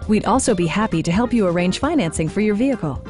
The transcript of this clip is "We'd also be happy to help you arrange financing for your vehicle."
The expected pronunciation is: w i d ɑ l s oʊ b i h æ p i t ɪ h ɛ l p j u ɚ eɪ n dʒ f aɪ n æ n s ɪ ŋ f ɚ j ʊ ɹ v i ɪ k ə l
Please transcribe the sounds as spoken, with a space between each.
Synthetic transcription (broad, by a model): w i d ɑ l s oʊ b i h æ p i t ɪ h ɛ l p j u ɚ eɪ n ʒ f aɪ n æ n s ɪ ŋ f ɚ j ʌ ɹ v i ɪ k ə l